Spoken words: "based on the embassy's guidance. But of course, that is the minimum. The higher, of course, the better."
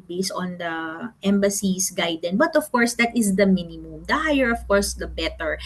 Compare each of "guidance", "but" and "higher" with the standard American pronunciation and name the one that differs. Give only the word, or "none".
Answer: guidance